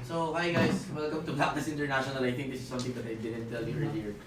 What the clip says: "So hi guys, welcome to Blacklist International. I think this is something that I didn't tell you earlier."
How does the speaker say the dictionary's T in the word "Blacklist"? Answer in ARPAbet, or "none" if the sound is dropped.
none